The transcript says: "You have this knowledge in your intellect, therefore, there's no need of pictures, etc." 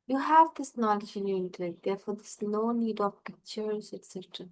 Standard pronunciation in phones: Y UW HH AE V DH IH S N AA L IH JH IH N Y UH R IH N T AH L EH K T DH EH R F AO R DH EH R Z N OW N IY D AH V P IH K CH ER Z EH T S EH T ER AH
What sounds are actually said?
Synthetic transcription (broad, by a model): Y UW HH AE V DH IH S N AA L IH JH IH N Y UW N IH T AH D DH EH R F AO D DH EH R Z N OW N IY D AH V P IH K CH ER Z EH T S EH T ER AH